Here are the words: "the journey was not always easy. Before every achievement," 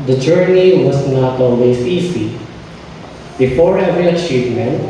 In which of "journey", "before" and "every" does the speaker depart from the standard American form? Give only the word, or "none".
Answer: every